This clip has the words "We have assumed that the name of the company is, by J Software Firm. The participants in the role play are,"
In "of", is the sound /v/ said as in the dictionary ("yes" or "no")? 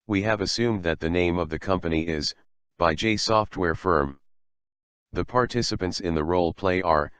yes